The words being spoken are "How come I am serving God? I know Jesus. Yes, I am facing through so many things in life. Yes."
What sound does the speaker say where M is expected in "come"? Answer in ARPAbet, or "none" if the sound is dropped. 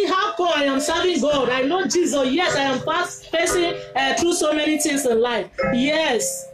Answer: none